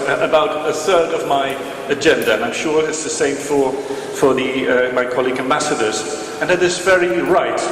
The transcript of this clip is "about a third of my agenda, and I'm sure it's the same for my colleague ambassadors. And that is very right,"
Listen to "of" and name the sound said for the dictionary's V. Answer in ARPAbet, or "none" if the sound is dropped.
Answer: V